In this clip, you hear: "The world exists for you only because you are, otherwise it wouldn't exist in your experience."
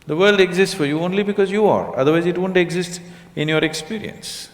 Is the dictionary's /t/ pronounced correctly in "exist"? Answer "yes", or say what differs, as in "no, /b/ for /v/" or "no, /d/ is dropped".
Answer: yes